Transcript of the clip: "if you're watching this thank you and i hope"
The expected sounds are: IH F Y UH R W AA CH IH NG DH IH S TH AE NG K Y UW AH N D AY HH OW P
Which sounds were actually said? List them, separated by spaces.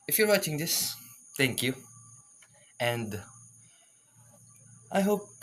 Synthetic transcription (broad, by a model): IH F Y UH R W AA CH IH NG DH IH S T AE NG K Y UW AH N D AY HH OW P